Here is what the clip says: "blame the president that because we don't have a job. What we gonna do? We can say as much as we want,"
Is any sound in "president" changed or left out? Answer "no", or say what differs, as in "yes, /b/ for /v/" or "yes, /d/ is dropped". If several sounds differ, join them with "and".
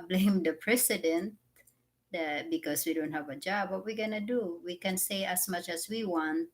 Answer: yes, /s/ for /z/